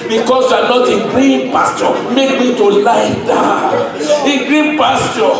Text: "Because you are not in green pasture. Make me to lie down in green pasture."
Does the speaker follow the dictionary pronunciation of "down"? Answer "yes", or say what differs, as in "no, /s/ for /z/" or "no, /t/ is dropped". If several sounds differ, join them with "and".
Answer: no, /n/ is dropped